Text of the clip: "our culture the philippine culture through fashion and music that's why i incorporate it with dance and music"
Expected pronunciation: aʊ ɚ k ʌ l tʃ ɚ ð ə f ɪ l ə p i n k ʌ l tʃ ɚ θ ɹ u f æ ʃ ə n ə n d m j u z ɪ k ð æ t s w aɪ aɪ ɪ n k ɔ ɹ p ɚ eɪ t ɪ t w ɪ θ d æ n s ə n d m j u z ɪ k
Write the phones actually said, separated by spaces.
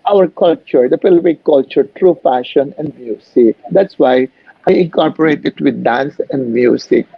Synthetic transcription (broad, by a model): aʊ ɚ k ʌ l tʃ ɚ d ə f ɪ l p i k k ʌ l tʃ ɚ t ɹ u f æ ʃ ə n ə n d m j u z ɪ k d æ t s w aɪ aɪ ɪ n k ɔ ɹ p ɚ eɪ t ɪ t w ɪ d d æ n s ə n d m j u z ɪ k